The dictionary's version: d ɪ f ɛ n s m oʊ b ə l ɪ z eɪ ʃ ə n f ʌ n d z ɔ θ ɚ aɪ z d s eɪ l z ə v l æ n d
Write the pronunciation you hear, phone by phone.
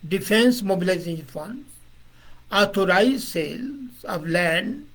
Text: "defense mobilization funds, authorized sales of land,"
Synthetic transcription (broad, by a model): d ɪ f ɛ n s m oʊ b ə l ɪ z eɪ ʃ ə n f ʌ n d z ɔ t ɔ aɪ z s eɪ l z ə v l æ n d